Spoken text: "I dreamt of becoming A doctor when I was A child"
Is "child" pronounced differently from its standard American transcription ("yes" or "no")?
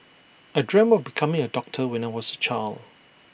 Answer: yes